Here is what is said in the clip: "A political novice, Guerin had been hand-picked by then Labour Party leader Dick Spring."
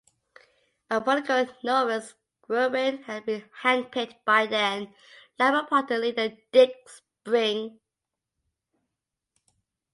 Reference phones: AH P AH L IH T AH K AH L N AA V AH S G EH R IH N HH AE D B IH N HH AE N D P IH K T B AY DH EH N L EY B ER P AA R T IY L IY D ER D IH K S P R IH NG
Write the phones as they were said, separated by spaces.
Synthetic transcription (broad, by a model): AH B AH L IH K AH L N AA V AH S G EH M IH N HH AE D B IH N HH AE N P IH T B AY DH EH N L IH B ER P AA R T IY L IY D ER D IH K S P R IH NG